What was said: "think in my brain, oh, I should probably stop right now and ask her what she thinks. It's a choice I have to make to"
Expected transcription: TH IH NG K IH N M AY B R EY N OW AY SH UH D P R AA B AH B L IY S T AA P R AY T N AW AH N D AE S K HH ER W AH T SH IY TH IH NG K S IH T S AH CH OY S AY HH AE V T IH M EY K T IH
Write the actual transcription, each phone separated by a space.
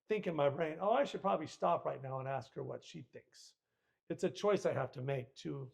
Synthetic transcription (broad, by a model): TH IH NG K IH N M AY B R EY N OW AY SH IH D P R AA B AH B L IY S T AA P R AY T N AW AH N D AE S K HH ER W AH T SH IY TH IH NG K S IH T S AH CH OY S AY HH AE F T IH M EY K T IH